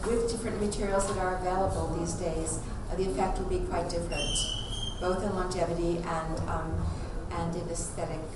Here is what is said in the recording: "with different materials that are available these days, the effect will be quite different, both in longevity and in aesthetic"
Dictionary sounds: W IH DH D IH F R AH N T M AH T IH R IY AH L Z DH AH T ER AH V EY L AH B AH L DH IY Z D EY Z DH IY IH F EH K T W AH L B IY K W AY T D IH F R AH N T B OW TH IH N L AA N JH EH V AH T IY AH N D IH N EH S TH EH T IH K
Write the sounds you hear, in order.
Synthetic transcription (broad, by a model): W IH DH D IH F R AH N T M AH T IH R IY L Z DH AH T ER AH V EY L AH B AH L DH IY Z D EY Z DH IY IH F EH K T W AH L B IY K W AY T D IH F R AH N T B OW TH IH N L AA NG JH EH V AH T IY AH N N IH N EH S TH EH T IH K